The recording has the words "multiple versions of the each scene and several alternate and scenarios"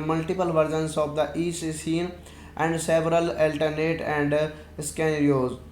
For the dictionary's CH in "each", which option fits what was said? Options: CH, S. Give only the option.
S